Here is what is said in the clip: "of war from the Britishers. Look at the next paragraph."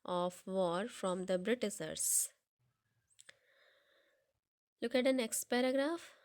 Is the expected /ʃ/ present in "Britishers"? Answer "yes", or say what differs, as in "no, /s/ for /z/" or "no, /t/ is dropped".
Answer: no, /s/ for /ʃ/